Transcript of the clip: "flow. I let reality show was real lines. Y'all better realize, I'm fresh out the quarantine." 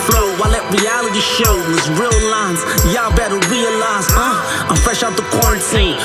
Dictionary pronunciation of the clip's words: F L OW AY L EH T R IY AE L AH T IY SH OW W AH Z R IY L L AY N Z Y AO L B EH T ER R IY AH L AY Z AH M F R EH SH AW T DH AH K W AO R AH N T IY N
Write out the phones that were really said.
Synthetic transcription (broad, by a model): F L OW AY L EH T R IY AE L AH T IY SH OW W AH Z R IY L L AY N Z Y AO B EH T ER R IY AH L AY Z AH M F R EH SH AW T DH AH K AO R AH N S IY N